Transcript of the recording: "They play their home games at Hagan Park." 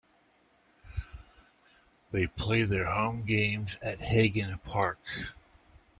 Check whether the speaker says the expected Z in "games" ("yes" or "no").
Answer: yes